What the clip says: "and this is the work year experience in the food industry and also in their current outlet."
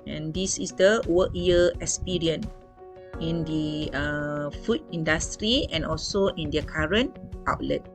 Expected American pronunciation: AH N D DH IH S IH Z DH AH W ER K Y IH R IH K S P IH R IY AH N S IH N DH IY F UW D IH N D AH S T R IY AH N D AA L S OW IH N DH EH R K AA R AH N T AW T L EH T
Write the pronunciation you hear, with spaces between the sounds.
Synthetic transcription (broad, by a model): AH N D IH S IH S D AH W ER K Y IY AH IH K S P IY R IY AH N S IH N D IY F UW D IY N D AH S T R IY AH N AA L S OW IH N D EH K AA R AH N T AW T L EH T